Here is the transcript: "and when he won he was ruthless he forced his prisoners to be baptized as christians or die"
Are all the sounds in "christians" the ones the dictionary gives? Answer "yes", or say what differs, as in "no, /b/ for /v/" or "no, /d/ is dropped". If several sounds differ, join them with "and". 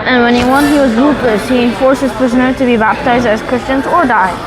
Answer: yes